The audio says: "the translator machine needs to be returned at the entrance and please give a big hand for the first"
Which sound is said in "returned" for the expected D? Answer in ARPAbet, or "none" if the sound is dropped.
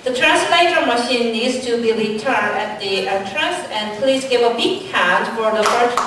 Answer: none